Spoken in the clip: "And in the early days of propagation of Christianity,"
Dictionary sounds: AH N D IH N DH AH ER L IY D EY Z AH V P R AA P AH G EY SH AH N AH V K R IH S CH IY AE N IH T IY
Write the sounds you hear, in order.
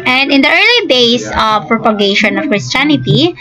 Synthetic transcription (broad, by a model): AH N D IH N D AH ER L IY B EY S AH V P R AA P AH G EY SH AH N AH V K R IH S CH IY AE N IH T IY